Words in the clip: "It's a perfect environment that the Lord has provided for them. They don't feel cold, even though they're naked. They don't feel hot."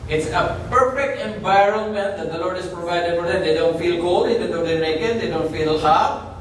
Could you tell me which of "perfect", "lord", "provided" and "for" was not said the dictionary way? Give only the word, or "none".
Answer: none